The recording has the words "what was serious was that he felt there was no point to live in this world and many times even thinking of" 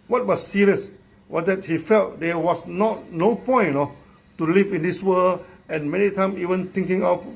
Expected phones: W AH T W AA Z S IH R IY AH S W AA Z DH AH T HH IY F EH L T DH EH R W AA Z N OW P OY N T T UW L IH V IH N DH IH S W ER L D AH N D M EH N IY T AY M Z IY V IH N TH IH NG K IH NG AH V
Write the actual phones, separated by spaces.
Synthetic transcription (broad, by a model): W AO T W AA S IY R IY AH S W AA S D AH T HH IY F EH L T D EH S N AA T N OW P OY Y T T UW L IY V IH N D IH S W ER L AH N M EH N IY T AY M IY V IH N T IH NG K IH NG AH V